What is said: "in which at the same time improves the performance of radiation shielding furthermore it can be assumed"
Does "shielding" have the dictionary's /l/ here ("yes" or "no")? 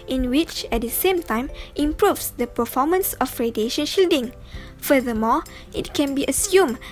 yes